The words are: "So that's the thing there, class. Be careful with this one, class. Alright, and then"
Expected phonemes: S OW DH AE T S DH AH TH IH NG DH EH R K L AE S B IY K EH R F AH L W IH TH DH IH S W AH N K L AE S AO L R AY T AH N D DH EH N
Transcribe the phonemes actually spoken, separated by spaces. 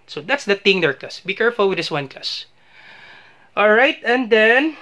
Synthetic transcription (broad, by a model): S OW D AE T S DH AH T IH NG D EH R K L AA S B IY K EH R F AH L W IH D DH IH S W AH N K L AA S AO L R AY T AH N D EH N